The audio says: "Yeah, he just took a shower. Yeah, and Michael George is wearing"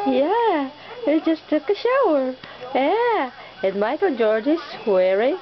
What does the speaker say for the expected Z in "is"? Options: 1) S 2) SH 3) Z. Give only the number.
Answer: 1